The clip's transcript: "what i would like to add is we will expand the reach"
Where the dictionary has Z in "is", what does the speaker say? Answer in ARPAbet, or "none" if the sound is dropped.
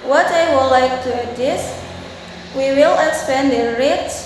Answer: S